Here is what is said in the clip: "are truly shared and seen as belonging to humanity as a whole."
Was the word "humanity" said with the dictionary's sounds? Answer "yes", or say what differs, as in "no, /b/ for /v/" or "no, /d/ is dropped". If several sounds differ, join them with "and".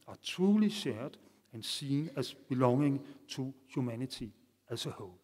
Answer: no, /s/ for /t/